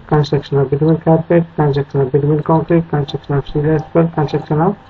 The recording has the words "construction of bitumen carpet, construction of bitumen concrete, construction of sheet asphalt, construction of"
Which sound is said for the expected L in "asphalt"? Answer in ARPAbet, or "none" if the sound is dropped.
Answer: none